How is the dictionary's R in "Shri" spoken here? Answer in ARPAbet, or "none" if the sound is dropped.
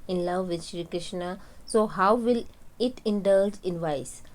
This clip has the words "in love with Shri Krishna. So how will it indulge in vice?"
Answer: R